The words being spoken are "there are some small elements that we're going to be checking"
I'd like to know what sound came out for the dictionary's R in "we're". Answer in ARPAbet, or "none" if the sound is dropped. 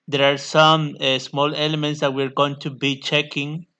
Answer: R